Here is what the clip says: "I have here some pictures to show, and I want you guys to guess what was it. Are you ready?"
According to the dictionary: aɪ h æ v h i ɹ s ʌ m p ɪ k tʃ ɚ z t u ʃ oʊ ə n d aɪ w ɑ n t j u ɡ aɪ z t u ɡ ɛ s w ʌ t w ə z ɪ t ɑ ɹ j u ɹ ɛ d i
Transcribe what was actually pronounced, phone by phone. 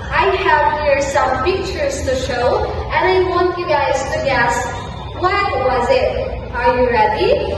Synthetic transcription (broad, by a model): aɪ h æ v h i ɹ s ʌ m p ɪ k tʃ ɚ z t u ʃ oʊ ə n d aɪ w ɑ n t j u ɡ aɪ z t u ɡ ɛ s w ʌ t w ə z ɪ t ɑ ɹ j u ɹ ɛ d i